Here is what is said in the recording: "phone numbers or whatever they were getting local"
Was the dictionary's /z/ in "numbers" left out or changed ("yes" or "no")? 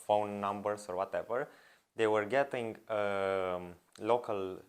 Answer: yes